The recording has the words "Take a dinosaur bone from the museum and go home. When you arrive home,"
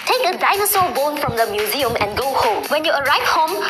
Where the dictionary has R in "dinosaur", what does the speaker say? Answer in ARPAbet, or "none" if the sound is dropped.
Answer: L